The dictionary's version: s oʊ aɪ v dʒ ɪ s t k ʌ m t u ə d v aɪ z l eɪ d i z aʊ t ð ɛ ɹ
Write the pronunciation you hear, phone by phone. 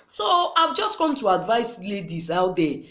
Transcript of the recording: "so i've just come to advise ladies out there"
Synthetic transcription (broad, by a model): s oʊ aɪ v dʒ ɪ s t k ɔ m t u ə d v aɪ s l eɪ d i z aʊ t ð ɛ